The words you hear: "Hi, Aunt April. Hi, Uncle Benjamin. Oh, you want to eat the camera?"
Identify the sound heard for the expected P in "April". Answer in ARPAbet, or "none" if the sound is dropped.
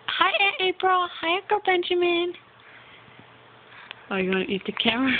P